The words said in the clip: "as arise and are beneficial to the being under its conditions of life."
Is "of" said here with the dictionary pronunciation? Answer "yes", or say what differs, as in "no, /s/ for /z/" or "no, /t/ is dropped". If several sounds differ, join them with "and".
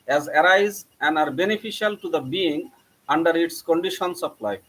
no, /p/ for /v/